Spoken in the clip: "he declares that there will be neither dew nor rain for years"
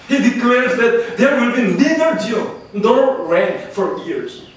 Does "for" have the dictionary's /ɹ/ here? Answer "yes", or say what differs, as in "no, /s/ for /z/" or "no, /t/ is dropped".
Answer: yes